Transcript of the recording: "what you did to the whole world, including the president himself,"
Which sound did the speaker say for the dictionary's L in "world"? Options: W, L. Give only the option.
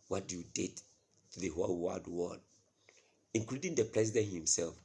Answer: W